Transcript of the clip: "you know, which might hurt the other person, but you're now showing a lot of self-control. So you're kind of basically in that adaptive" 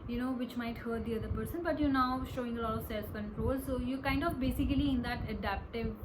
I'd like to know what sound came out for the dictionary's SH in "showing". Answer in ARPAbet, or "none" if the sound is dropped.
SH